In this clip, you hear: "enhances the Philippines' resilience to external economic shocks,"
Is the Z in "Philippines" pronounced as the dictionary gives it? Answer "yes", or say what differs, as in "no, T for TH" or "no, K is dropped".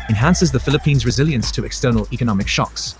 yes